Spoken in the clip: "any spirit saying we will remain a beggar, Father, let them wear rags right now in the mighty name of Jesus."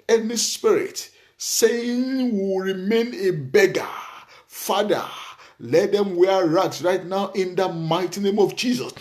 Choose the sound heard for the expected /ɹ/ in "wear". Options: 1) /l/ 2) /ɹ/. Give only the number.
2